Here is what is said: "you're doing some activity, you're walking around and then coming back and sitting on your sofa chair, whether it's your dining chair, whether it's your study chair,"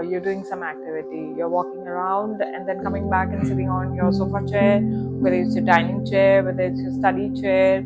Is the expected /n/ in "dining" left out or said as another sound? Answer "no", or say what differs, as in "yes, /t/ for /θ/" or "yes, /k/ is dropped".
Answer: no